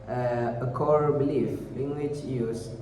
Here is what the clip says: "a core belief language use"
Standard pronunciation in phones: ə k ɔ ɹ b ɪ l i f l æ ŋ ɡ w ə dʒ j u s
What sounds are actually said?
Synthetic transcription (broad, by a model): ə k ɔ ɹ b ɪ l i f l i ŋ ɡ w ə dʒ j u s